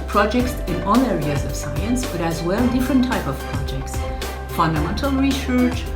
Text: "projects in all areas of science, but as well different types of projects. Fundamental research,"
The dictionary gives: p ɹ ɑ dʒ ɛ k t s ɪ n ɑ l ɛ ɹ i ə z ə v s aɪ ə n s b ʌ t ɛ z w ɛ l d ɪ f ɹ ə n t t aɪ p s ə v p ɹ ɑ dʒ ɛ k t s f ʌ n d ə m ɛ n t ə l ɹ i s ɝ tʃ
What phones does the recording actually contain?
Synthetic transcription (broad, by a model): p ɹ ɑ dʒ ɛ k t s ɪ n ɑ l ɛ ɹ i ə z ə v s aɪ ə n s b ʌ t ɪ z w ɛ l d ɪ f ɹ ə n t t aɪ p ə v p ɹ ɑ dʒ ɛ k t s f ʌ n d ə m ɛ n t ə l ɹ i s ɝ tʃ